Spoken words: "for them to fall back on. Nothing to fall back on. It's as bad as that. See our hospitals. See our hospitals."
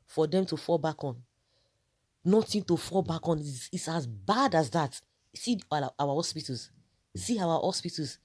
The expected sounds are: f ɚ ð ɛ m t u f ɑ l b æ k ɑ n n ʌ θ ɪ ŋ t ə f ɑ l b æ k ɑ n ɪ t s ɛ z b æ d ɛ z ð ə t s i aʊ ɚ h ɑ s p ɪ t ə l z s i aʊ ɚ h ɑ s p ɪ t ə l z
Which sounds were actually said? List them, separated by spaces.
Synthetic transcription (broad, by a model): f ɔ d ɛ m t u f ɑ l b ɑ k ɑ n n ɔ t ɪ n t ə f ɑ l b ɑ k ɑ n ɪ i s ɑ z b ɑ d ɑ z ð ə t s i aʊ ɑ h ɑ s p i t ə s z s i aʊ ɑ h ɑ s p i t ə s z